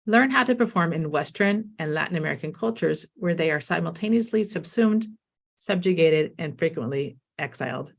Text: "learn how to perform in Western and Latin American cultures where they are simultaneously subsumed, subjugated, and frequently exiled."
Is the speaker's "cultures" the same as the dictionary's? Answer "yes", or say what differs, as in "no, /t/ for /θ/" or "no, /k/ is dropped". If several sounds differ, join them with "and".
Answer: yes